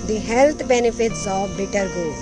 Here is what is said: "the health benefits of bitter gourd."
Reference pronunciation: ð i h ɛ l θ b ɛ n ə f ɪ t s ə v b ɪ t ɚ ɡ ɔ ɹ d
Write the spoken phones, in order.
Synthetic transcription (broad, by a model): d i h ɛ l t b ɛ n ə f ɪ t s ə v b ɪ t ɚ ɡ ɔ